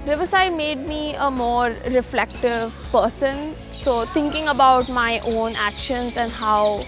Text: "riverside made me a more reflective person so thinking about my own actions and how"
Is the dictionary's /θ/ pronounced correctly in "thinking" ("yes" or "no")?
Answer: no